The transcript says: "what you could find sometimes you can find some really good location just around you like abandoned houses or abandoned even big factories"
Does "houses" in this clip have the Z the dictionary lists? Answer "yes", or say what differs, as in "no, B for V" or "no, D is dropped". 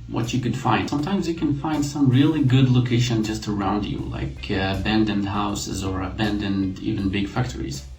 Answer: yes